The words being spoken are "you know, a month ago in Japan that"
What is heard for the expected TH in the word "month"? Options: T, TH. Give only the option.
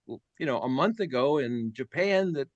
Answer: TH